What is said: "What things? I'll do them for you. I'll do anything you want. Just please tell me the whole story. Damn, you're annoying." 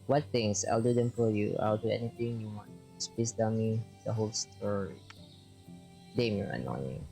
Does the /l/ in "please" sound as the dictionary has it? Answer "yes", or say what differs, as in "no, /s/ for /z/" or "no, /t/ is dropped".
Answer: no, /l/ is dropped